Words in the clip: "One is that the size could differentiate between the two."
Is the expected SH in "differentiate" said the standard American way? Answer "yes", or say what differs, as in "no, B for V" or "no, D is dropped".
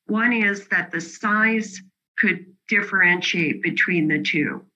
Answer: yes